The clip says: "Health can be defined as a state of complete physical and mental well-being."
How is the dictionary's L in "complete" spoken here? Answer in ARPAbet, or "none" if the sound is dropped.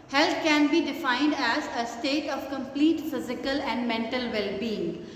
L